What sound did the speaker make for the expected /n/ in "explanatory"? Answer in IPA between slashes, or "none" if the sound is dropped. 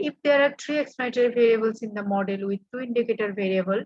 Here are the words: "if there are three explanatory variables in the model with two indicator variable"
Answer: none